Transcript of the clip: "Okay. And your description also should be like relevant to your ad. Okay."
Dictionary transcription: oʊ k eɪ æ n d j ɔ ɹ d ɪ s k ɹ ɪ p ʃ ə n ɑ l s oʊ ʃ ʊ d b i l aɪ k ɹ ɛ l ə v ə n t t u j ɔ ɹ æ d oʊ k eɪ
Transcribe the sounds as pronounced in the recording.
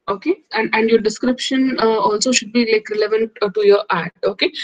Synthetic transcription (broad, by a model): oʊ k eɪ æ n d j ɔ ɹ d ɪ s k ɹ ɪ p ʃ ə n ɑ l s oʊ ʃ ʊ d b i l aɪ k ɹ ɛ l ə v ə n t t u j ɔ ɹ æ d oʊ k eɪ